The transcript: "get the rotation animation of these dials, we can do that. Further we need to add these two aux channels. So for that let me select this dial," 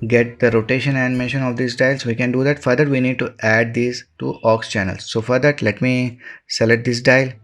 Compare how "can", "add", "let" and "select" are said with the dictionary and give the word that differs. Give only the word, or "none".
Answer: select